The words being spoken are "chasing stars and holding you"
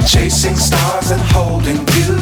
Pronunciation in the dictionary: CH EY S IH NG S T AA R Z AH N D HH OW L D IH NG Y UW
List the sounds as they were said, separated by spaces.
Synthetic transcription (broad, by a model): CH EY S IH NG S T AA R Z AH N HH OW L D IH NG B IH